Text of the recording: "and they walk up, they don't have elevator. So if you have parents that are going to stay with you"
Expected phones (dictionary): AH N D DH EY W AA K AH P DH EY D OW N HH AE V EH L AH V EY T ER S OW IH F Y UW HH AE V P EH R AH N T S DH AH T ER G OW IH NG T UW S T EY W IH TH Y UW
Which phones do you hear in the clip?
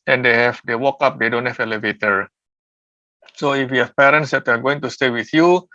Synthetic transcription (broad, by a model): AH N D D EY W AA K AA P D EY D OW N HH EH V EH L AH V EY T ER S OW IH F Y UW HH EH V P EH R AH N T S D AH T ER G OW IH NG T UW S T EY W IH TH Y UW